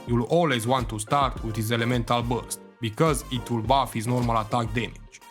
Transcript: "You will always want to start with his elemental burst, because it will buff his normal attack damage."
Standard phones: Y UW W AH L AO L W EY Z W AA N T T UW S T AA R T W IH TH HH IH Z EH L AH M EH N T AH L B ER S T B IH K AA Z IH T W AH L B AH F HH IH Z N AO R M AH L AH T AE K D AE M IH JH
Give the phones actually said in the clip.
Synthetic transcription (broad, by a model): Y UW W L AO L W EY Z W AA N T T UW S T AA R T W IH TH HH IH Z EH L AH M EH N T AH L B ER S T B IH K AA Z IH T W AH L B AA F HH IH Z N AO R M AH L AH T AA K D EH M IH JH